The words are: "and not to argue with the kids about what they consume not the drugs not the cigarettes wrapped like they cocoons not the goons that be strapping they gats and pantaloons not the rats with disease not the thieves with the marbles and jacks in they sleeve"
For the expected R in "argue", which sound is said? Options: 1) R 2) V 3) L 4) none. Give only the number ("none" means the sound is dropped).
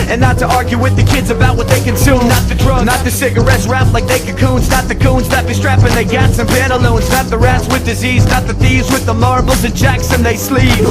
1